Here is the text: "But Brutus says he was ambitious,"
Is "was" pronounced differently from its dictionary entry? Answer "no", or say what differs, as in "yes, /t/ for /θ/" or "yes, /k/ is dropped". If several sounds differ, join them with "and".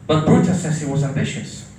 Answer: no